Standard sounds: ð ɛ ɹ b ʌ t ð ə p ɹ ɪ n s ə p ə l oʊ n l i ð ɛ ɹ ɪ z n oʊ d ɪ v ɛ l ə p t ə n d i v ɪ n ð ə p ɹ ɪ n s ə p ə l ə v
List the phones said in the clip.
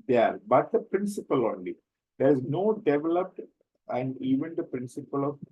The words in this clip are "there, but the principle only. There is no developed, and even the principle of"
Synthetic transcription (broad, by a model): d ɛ ɹ b ʌ t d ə p ɹ ɪ n s ə p ə l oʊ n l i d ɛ ɹ ɪ z n oʊ d ɪ v ɛ l ə p t ə n d i v ɪ n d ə p ɹ ɪ n s ə p ə l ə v